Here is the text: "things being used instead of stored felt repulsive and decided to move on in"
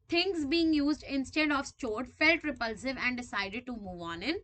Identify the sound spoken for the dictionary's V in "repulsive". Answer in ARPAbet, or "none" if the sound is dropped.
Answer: V